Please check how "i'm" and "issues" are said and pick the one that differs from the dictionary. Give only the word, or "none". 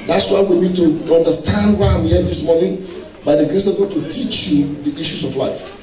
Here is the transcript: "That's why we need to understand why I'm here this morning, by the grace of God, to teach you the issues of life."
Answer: issues